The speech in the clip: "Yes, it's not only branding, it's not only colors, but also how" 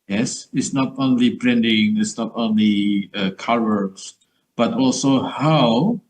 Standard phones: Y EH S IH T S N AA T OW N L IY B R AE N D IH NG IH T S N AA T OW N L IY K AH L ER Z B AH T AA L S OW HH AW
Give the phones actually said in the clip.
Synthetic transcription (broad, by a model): Y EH S IH T S N AA T OW N L IY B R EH N D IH NG IH T S N AA T OW N L IY K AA W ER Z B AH T AA L S OW HH AW